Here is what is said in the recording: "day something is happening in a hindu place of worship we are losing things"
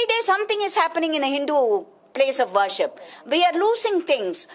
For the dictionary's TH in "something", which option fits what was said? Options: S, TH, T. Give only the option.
T